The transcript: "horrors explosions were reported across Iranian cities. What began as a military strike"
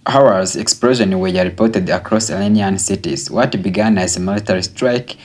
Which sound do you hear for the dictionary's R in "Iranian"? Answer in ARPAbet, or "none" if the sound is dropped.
L